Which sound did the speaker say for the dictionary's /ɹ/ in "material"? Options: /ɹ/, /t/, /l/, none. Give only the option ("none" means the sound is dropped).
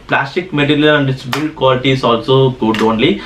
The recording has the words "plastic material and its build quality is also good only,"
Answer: /l/